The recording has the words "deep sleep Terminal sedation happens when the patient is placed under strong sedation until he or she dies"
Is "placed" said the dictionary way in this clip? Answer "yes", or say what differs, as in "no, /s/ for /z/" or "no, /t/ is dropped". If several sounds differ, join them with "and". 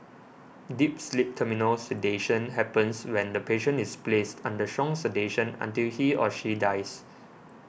yes